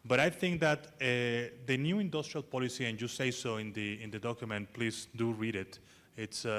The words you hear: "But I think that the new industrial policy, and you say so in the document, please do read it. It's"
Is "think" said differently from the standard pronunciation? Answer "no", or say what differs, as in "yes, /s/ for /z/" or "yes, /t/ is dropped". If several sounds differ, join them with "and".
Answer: no